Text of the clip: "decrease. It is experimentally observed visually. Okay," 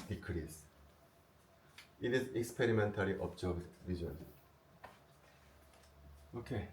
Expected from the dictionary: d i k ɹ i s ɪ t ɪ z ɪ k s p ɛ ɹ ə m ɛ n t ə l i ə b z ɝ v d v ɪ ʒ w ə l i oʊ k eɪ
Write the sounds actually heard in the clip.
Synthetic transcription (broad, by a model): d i k ɹ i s ɪ t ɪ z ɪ k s p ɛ ɹ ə m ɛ n t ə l i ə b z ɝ b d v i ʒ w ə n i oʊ k eɪ